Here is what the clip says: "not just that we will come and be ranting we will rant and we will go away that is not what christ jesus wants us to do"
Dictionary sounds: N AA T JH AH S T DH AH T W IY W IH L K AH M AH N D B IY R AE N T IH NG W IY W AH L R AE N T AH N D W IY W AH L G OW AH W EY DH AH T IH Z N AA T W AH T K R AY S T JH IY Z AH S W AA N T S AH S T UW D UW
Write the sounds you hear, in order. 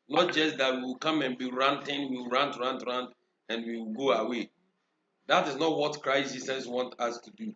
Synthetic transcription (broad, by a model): N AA T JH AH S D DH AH T W IY W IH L K AH M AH N B IY R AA N T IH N W IY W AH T R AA N T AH N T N W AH W G OW AH W EY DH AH T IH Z N AA T W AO T K R AY S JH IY S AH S W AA N T AH S T UW D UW